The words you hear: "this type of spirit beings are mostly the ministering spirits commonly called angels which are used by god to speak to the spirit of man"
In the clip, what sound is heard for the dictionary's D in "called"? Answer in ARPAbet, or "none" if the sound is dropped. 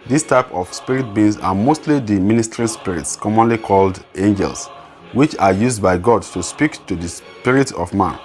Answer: D